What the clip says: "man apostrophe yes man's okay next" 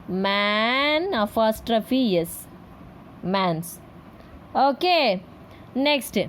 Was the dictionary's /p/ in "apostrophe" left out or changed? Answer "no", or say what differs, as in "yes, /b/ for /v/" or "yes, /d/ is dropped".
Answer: yes, /f/ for /p/